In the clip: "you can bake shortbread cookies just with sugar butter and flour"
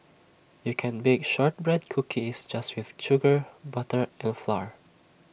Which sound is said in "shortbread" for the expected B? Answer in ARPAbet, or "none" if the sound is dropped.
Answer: B